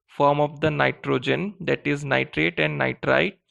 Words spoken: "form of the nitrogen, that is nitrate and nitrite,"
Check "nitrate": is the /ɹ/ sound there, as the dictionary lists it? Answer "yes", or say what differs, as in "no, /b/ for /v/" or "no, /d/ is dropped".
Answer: yes